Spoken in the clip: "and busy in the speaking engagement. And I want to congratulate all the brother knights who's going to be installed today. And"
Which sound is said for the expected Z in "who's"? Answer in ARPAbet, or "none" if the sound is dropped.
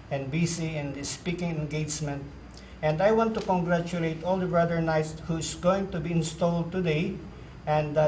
S